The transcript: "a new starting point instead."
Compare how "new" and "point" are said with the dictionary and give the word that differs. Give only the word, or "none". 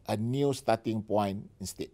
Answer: point